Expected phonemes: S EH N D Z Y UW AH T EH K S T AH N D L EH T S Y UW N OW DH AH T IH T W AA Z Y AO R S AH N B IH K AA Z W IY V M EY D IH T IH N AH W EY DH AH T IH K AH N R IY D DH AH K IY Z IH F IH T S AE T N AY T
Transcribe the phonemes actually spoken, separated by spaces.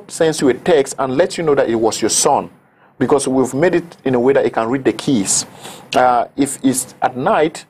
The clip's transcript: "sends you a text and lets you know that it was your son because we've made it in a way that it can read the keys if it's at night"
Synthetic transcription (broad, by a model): S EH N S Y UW AH T EH K S T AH N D L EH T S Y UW N OW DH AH T IH T W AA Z Y AO R S AH N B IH K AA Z W IY V M EY D IH T IH N AH W EY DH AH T IH K AH N R IY D DH AH K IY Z IH F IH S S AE T N AY T